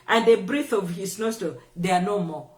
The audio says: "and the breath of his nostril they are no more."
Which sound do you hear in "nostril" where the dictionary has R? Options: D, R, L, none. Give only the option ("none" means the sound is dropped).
none